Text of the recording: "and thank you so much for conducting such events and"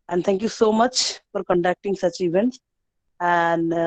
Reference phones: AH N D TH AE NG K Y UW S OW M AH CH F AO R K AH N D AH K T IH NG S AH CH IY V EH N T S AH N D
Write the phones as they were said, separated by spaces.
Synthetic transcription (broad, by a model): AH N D T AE NG K Y UW S OW M AH CH F AO R K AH N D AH K T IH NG S AH CH IY V EH N T S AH N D